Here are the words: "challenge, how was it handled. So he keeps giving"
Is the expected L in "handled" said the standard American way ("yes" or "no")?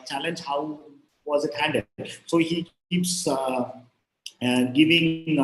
no